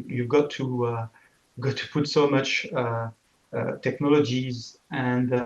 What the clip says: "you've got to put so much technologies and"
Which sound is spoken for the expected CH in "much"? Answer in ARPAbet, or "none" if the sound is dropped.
CH